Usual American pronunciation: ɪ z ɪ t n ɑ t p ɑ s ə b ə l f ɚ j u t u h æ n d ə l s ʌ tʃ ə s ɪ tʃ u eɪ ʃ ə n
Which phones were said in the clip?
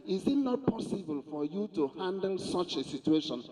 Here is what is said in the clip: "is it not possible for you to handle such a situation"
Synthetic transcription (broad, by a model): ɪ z ɪ t n ɑ t p ɑ s ə b ə l f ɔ j u t u h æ n d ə l s ʌ tʃ ə s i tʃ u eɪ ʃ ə n